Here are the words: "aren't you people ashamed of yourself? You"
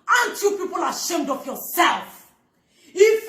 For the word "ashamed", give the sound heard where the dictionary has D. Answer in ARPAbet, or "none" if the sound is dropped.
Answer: D